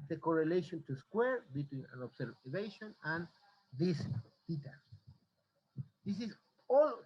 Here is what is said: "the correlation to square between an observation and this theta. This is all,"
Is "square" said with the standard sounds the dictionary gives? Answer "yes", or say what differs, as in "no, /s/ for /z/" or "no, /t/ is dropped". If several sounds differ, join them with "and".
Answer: yes